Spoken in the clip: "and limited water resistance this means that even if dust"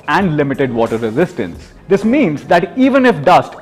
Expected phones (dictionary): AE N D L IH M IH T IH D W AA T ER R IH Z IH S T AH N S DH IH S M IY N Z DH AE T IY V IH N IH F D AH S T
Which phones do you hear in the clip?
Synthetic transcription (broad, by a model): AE N D L IH M IH T IH D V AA T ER R IH Z IH S T AH N S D IH S M IY N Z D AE T IY V IH N IH F D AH S T